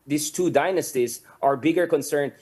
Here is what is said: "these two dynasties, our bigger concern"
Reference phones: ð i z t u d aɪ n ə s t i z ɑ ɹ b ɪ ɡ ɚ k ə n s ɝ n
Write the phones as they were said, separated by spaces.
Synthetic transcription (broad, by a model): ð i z t u d aɪ n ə s t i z ɑ ɹ b ɪ ɡ ɚ k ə n s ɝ n